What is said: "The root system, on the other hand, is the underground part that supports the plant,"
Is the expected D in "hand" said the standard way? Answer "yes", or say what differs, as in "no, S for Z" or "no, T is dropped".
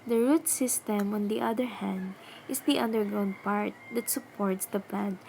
yes